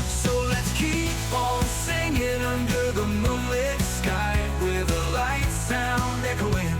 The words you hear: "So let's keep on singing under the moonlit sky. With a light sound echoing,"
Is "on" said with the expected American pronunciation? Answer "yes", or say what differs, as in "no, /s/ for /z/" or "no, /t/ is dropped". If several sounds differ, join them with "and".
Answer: no, /l/ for /n/